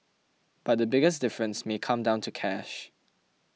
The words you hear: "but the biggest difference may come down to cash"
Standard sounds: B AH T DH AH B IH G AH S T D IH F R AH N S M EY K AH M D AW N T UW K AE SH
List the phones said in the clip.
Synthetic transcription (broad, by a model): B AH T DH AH B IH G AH S D IH F R AH N S M EY K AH M D AW N T UW K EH SH